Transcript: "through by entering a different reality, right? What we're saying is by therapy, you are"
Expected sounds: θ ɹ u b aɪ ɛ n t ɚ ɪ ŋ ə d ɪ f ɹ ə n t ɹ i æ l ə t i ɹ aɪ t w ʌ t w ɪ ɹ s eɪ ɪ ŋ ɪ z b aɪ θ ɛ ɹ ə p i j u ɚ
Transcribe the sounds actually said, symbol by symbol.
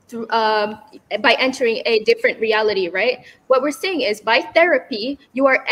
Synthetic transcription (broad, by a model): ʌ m b aɪ ɛ n t ɚ ɪ ŋ ə d ɪ f ɹ ə n t ɹ i æ l ə t i ɹ aɪ t w ʌ t w ɪ ɹ s eɪ ɪ ŋ ɪ z b aɪ θ ɛ ɹ ə p i j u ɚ